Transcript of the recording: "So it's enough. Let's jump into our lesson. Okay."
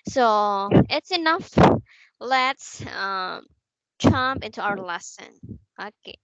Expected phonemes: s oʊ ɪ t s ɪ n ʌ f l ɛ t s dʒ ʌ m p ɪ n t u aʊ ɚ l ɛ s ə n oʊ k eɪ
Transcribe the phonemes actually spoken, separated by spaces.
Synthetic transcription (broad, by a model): s oʊ ɪ t s ɪ n ʌ f l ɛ t s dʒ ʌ m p ɪ n t u aʊ ɚ l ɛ s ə n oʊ k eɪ